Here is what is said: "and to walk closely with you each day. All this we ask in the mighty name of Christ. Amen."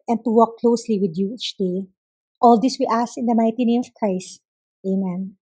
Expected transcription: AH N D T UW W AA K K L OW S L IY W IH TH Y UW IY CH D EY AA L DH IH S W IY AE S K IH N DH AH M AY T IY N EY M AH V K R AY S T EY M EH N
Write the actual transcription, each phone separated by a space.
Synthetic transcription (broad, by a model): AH N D T UW W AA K K L OW S L IY W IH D Y UW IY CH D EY AA L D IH S W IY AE S IH N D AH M AY T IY N EY M AH V K R AY S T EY M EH N